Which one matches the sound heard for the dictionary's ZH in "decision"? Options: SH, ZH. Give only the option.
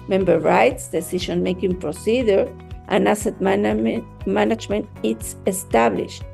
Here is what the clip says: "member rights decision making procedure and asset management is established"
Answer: SH